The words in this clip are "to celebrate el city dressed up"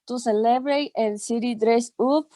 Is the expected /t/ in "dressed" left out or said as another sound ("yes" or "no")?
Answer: yes